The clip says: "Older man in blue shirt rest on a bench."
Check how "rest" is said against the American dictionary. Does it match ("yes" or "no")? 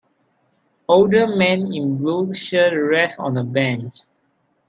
no